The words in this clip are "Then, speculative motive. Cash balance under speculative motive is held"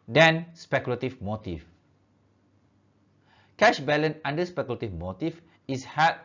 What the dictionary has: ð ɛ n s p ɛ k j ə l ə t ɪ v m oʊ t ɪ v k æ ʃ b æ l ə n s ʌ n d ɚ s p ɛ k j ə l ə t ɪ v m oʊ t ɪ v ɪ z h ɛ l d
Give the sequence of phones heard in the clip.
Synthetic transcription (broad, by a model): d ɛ n s p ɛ k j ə l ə t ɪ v m oʊ t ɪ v k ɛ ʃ b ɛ l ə n ɑ n d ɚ s p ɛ k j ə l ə t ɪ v m oʊ t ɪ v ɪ s h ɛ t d